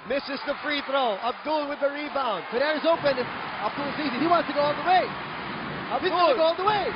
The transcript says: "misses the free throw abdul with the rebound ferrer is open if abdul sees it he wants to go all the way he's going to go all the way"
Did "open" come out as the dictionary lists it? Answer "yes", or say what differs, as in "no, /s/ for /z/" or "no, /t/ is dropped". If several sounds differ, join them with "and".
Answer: yes